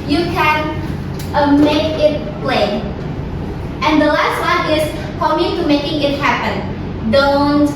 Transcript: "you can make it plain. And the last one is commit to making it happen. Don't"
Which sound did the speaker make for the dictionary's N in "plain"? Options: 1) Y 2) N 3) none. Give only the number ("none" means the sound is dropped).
3